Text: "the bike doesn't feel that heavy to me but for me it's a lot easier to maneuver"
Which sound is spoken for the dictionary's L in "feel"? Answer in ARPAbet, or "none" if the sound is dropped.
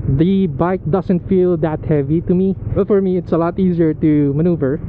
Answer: L